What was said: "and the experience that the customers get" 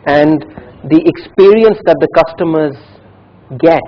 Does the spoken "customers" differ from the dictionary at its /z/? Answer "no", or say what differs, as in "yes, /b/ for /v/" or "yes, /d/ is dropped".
no